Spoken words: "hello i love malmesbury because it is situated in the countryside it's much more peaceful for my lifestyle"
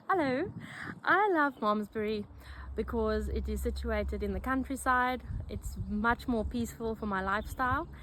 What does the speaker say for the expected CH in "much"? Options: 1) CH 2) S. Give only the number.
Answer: 1